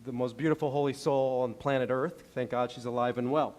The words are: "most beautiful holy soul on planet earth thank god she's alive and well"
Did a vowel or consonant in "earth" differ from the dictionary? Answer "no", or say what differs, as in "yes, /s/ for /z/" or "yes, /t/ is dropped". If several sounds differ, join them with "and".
no